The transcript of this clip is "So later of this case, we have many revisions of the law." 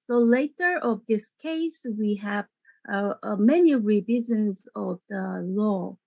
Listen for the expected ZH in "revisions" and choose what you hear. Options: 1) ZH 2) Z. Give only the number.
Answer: 2